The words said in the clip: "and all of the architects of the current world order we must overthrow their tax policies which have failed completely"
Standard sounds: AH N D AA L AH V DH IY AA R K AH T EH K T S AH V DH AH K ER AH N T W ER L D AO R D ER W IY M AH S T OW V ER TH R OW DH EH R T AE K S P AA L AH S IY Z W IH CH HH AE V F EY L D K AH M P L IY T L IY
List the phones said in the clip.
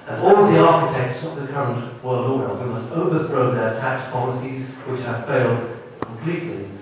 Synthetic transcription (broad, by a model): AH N AA L DH IY AA R K AH T EH K T S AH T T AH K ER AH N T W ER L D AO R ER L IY M AH S T OW V ER TH R OW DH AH R T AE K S P AA L AH S IY Z W IH CH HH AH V F EY L D K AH M P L IY T L IY